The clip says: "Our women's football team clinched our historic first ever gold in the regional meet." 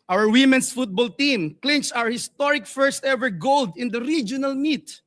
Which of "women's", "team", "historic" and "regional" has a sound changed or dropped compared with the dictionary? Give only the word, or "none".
women's